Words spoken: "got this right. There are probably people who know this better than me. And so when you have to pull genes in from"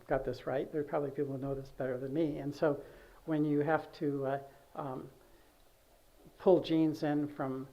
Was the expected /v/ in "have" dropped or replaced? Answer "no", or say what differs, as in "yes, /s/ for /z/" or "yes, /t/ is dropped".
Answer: yes, /f/ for /v/